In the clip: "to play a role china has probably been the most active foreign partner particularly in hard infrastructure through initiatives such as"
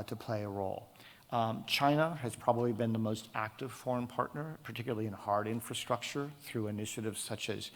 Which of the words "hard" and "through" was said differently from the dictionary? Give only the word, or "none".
none